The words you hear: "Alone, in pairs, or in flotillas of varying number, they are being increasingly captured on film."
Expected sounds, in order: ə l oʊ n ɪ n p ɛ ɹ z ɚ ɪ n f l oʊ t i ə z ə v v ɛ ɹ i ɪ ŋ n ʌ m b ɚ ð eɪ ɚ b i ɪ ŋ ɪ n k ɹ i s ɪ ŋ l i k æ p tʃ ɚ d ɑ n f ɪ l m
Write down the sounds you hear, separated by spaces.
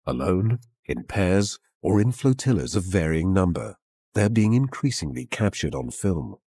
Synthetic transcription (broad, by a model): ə l oʊ n ɪ n p ɛ ɹ z ɚ ɪ n f l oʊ t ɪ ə z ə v v ɛ ɹ i ɪ ŋ n ʌ m b ɚ ð ɚ b i ɪ ŋ ɪ n k ɹ i s ɪ ŋ l i k æ p tʃ ɚ d n f ɪ l m